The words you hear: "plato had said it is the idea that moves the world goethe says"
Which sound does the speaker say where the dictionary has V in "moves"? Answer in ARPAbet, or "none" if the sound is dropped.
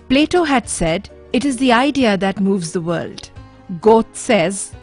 V